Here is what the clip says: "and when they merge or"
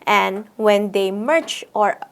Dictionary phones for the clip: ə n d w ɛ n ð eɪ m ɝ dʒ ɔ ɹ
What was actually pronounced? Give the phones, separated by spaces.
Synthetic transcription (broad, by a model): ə n w ɛ n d eɪ m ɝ tʃ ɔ ɹ